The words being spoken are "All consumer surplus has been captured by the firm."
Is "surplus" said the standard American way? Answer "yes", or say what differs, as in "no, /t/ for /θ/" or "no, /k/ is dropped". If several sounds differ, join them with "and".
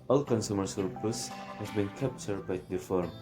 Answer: no, /l/ is dropped